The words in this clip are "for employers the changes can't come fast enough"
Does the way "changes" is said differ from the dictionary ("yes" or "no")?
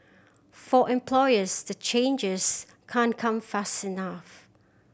no